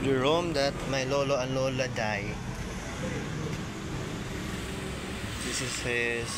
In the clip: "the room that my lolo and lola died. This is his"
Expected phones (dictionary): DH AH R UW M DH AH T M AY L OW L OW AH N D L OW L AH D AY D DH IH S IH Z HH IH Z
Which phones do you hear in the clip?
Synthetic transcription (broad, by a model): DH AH R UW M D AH T M AY L OW L OW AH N L OW L AH D AY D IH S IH S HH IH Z